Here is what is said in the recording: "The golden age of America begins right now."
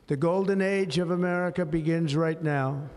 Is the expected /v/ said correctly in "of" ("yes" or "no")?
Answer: yes